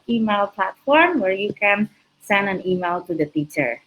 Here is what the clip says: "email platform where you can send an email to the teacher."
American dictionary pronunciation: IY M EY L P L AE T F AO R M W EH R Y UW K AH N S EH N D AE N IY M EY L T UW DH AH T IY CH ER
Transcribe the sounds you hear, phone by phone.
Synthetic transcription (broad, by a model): IY M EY L P L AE T F AO R M W EH R Y UW K AH N S EH N D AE N IY M EY L T UW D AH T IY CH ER